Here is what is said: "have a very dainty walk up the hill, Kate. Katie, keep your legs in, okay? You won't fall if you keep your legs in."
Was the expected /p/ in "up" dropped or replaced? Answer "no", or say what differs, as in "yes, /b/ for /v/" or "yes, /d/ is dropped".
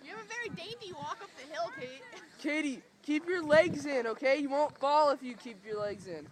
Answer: no